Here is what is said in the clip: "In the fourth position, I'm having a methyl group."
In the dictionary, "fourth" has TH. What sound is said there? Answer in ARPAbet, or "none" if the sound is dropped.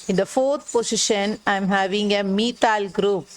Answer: T